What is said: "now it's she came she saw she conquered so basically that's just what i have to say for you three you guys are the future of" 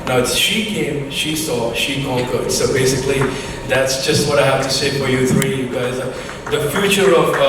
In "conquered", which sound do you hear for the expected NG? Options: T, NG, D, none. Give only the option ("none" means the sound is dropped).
none